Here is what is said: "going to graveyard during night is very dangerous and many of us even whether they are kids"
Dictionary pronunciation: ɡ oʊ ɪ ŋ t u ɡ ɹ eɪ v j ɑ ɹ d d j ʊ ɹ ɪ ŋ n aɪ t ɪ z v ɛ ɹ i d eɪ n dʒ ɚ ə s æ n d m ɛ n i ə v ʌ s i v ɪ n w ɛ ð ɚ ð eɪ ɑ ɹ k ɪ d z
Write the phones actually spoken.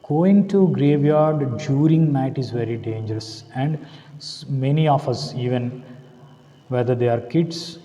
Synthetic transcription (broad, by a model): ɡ oʊ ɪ ŋ t u ɡ ɹ eɪ v j ɑ ɹ d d j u ɹ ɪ ŋ n aɪ t ɪ z v ɛ ɹ i d eɪ n dʒ ɚ ə s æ n d m ɛ n i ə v ʌ s i v ɪ n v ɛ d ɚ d eɪ ɑ ɹ k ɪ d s